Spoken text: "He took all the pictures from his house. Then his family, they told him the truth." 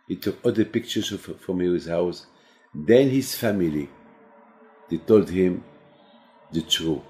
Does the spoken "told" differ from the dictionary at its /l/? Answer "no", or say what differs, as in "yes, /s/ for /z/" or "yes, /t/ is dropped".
no